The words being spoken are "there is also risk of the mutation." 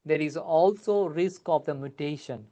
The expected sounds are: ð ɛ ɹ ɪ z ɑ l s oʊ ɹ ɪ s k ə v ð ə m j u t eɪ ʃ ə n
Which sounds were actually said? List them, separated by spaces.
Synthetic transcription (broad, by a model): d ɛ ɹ ɪ z ɑ l s oʊ ɹ ɪ s k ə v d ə m j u t eɪ ʃ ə n